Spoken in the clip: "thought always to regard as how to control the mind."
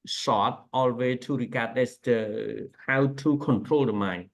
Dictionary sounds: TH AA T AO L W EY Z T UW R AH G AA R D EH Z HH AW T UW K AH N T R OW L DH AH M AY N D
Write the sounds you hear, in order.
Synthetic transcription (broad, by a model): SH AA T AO L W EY T UW R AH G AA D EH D HH AW T UW K AH N T R OW L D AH M AY N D